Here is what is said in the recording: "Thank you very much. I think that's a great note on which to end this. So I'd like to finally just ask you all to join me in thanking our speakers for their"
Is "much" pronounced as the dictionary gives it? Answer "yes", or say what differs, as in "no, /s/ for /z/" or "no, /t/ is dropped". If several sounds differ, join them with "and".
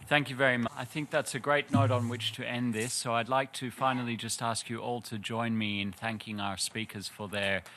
no, /tʃ/ is dropped